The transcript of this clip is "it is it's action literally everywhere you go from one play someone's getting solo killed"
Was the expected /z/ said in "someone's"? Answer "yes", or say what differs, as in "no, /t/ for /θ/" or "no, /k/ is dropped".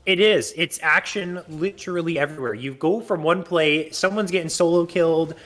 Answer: yes